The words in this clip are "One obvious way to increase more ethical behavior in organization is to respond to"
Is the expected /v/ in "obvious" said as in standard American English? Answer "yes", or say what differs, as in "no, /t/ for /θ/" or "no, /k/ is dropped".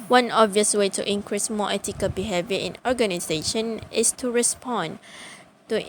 yes